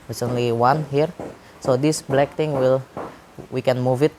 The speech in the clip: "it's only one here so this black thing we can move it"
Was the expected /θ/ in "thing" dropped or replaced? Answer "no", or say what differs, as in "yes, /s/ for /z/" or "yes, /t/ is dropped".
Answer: yes, /t/ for /θ/